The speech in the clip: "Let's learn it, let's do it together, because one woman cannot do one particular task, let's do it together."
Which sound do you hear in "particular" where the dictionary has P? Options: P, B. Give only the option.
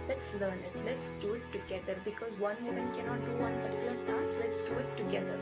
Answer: B